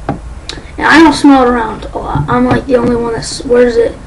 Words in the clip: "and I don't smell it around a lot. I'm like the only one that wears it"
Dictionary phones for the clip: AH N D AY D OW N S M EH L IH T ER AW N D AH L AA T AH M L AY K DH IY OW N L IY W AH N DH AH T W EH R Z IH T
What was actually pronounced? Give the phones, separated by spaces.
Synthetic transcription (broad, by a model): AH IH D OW S M EH L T ER AW N D AH AA AH M L AY K DH IY OW N L IY W AH N DH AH T W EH R Z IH T